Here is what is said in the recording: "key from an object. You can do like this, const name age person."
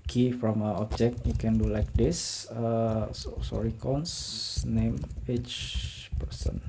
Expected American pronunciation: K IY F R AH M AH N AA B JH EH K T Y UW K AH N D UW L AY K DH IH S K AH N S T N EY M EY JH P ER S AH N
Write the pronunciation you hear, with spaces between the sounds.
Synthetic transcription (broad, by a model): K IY F R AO M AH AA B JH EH K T Y UW K AH N D UW L AY K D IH S K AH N S N EY M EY CH P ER S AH N